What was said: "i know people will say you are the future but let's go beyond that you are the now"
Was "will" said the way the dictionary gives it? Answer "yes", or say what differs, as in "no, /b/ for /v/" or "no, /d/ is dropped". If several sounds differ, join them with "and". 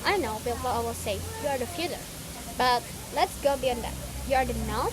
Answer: no, /w/ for /l/